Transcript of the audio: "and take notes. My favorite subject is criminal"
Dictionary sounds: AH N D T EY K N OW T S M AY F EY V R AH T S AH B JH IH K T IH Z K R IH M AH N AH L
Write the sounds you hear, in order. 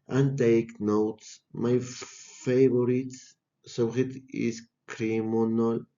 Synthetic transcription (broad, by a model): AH N T EY K N OW T S M AY F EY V R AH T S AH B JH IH T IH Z K R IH M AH N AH L